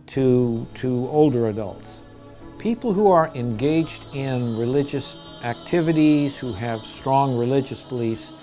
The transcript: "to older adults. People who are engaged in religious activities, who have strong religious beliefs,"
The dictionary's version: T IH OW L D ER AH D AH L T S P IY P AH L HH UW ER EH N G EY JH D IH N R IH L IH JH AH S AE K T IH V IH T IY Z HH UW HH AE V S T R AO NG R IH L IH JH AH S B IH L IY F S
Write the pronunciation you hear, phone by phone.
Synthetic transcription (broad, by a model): T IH OW L D ER AH D AH L T S P IY P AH L HH UW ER EH N G EY JH D IH N R IH L IH JH AH S AE K T IH V IH T IY Z HH UW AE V S T R AO NG R IH L IH JH AH S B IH L IY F S